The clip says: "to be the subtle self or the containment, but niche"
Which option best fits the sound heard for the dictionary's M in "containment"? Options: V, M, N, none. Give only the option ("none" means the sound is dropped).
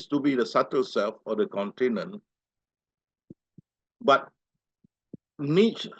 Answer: none